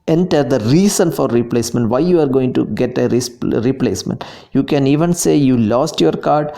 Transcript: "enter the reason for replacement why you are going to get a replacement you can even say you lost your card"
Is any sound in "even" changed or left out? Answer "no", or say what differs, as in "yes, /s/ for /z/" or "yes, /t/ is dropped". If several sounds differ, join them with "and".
no